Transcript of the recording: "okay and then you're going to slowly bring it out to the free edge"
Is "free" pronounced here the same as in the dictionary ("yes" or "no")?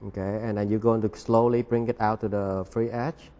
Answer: yes